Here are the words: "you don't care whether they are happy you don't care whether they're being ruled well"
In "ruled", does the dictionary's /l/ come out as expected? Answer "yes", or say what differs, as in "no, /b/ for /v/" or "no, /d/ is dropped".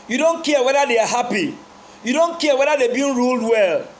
yes